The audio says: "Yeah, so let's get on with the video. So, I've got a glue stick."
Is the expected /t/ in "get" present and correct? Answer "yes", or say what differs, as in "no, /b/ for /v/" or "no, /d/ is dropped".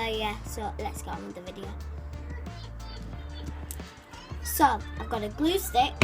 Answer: no, /t/ is dropped